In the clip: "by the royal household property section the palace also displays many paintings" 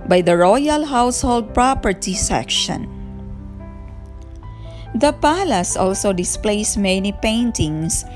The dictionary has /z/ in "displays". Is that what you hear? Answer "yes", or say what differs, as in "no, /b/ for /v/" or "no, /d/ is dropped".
no, /s/ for /z/